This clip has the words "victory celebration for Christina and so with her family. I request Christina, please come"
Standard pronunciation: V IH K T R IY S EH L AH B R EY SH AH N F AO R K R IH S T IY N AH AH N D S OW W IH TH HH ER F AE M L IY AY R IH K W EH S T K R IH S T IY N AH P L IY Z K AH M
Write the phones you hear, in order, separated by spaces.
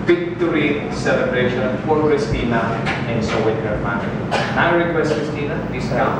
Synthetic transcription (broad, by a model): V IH K T R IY S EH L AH B R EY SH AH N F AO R K R IH S T IY N AH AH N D S OW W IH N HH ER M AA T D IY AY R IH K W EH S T K R IH S T IY N AH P IY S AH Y